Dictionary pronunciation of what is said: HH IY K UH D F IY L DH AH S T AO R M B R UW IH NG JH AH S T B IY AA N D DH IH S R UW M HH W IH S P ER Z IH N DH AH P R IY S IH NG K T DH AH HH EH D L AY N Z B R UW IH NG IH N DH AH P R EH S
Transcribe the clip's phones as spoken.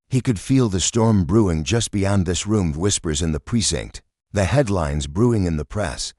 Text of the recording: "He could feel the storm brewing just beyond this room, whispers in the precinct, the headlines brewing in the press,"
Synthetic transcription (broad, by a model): HH IY K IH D F IY L DH AH S T AO R M B R UW IH NG JH AH S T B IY AA N DH IH S R UW M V W IH S P ER Z IH N DH AH P R IY S IH NG K T DH AH HH EH D L AY N Z B R UW IH NG IH N DH AH P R EH S